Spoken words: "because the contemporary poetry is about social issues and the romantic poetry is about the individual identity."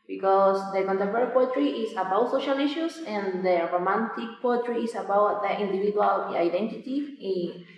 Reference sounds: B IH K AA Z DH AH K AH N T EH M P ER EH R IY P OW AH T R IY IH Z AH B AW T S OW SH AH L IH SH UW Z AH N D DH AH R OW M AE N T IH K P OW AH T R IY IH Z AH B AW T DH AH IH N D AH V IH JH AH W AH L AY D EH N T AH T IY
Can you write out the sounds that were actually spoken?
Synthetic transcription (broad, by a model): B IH K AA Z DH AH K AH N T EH P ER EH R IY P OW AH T R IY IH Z AH B AW T S OW SH AH L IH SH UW S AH N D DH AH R OW M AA N T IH K P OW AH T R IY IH S AH B AW T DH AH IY N D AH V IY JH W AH L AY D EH N T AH T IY